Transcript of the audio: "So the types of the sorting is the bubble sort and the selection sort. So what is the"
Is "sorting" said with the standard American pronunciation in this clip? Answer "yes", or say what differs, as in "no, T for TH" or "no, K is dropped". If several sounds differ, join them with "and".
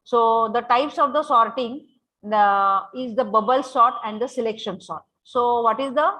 yes